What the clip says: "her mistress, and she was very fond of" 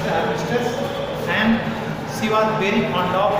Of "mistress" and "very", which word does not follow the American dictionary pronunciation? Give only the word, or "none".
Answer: mistress